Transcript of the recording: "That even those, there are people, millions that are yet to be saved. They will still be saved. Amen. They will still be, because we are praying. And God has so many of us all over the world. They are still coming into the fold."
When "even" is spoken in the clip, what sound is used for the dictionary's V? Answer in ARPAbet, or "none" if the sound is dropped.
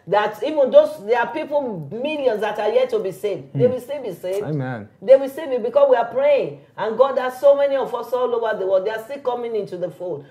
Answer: V